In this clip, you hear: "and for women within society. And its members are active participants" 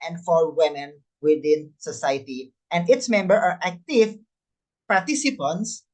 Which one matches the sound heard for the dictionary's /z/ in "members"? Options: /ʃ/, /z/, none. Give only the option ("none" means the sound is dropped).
none